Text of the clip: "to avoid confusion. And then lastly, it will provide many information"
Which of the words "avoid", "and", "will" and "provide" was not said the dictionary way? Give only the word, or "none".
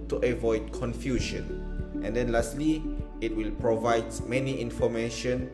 none